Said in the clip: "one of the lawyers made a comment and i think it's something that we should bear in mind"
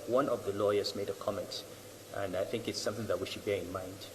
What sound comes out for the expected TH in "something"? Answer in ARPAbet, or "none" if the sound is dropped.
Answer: TH